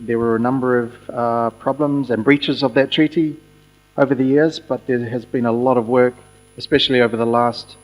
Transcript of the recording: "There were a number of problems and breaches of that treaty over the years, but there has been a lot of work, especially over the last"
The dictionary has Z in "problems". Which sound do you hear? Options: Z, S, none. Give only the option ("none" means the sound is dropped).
Z